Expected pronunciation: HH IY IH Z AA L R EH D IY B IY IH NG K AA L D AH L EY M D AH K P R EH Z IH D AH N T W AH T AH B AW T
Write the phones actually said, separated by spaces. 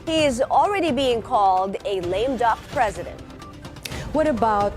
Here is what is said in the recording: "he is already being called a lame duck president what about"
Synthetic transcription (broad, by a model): HH IY IH Z L R EH D IY B IY IH NG K AA L D AH L EY M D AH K P R EH Z IH D AH N T W AH T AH B AW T